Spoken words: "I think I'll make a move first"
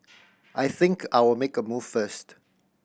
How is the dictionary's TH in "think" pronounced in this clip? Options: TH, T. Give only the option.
TH